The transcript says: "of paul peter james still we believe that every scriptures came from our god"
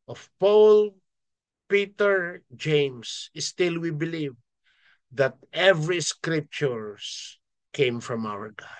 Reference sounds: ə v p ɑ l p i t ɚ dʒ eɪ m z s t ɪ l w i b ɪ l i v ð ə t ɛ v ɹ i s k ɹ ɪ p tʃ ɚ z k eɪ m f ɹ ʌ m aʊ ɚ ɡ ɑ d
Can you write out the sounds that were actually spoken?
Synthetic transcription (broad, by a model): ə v p ɑ l p i t ɚ dʒ eɪ m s s t ɪ l w i b ɪ l i v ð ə t ɛ v ɹ i s k ɹ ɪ p tʃ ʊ s k eɪ m f ɹ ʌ m aʊ ɚ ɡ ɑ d